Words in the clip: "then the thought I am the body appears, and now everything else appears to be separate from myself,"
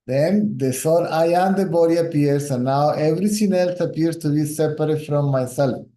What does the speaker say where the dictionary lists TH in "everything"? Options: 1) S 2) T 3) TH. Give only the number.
1